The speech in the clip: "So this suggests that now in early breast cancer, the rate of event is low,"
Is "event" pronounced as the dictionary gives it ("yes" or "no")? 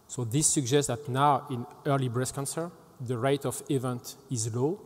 yes